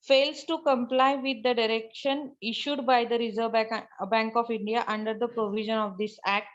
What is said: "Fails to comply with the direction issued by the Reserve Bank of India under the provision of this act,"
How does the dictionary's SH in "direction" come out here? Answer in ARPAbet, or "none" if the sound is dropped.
SH